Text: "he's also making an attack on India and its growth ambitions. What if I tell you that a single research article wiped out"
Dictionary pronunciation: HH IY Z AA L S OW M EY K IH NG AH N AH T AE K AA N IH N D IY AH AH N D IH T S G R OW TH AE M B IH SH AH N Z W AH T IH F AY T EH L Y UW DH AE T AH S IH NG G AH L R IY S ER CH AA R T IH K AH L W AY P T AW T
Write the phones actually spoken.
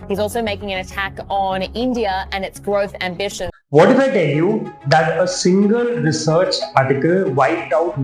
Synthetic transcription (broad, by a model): HH IY Z AA L S OW M EY K IH NG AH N AH T AE K N IH N D IY AH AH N IH T S G R OW TH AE M B IH SH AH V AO T IH F AY T EH L Y UW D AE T AH S IH NG G AH L R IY S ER CH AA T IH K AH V AY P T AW T